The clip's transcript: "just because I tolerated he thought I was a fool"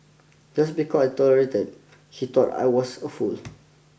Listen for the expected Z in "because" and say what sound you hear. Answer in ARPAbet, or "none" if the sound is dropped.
none